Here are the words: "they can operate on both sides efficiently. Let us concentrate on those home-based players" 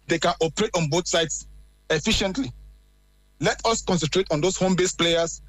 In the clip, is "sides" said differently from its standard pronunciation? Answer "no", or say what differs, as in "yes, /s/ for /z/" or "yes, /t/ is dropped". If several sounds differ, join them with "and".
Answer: yes, /s/ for /z/